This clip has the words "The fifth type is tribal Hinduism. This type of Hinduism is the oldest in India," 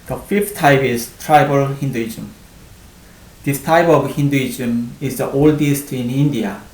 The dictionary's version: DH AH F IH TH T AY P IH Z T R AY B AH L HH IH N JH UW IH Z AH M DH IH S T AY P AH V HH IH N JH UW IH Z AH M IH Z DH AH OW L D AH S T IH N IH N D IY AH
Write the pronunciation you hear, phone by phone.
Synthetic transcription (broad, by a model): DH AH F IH F T AY P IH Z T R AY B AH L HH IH N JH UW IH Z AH M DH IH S T AY P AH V HH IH N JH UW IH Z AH M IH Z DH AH OW L D AH S T IH N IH N D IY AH